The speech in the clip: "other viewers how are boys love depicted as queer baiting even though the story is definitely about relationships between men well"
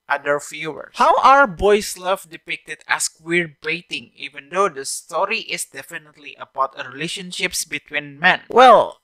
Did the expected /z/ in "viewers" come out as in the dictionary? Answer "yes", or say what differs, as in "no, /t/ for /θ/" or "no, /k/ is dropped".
no, /z/ is dropped